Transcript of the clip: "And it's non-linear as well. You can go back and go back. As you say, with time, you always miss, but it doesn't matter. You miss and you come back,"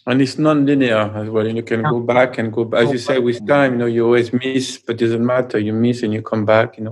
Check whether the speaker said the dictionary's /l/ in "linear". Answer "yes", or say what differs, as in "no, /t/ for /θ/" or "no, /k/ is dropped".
yes